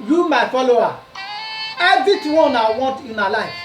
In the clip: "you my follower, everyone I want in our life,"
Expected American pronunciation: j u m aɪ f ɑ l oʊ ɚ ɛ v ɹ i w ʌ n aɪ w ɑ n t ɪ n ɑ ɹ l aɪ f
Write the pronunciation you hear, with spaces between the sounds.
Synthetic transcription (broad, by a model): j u m aɪ f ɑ l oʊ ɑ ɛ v i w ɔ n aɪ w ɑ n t ɪ n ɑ l aɪ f